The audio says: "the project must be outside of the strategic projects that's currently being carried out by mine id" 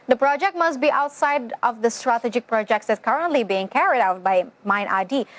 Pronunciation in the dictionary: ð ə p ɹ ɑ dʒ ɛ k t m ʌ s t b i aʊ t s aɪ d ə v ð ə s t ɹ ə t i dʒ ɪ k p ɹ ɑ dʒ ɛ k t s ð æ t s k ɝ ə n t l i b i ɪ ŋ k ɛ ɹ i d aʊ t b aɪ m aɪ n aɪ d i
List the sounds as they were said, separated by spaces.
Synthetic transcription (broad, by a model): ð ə p ɹ ɑ dʒ ɛ k t m ʌ s t b i aʊ t s aɪ d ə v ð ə s t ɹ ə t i dʒ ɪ k p ɹ ɑ dʒ ɛ k t s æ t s k ɝ ə n t l i b i ɪ ŋ k ɛ ɹ i d aʊ t b aɪ m aɪ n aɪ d i